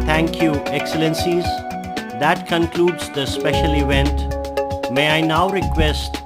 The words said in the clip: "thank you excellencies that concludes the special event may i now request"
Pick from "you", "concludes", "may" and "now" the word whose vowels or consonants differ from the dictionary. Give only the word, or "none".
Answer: none